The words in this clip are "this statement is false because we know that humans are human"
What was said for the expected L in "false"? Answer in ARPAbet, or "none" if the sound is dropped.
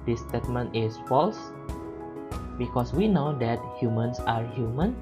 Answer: L